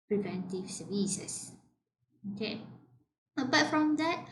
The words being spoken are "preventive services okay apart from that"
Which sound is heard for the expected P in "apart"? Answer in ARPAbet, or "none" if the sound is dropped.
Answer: B